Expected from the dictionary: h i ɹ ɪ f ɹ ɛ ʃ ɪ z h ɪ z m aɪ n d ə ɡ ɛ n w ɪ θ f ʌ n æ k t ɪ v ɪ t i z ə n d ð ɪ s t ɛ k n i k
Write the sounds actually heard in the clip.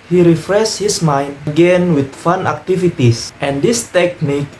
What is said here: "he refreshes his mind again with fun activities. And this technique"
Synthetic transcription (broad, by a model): h i ɹ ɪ f ɹ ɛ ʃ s h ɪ s m aɪ n d ə ɡ ɛ n w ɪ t f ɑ n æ k t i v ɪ t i s ə n d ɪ s t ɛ k n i k